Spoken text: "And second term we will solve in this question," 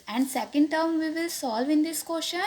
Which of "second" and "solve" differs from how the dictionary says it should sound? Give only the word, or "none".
none